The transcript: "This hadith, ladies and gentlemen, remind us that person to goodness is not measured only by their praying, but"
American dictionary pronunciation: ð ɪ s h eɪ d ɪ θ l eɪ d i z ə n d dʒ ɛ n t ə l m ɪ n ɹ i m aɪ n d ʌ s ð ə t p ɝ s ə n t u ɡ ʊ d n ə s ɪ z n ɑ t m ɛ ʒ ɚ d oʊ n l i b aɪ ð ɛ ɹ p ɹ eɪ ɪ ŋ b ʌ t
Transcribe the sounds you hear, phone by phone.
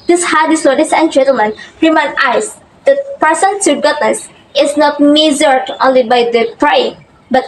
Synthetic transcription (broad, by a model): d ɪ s h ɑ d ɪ s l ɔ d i s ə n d dʒ ɛ n t ə l m ɪ n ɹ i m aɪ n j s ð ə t p ɝ s ə n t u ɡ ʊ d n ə s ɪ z n ɑ t m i z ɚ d oʊ n l i b aɪ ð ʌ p ɹ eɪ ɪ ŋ b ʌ t